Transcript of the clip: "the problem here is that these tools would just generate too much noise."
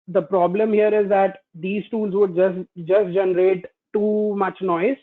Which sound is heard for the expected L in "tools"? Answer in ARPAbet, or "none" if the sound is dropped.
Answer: L